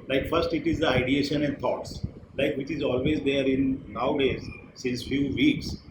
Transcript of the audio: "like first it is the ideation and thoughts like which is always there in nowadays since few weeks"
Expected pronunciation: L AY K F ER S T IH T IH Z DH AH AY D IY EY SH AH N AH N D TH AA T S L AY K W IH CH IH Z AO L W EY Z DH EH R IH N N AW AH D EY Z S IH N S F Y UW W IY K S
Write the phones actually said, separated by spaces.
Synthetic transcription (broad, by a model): L AY K F ER S T IH T IH Z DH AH AY D IY EY SH AH N AH N D T AA T S L AY K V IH CH IH Z AO L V EY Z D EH R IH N N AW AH D EY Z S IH N S F Y UW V IY K S